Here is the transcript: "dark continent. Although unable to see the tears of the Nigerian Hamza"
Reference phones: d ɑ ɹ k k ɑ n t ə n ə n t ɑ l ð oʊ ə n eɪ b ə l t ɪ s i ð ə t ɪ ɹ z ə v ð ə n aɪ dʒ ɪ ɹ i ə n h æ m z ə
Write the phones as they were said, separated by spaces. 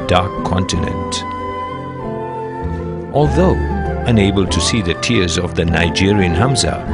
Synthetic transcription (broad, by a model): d ɑ ɹ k k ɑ n t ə n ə n t ɑ l ð oʊ ə n eɪ b ə l t ɪ s i ð ə t ɪ ɹ z ə v ð ə n aɪ dʒ ɪ ɹ i ə n h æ m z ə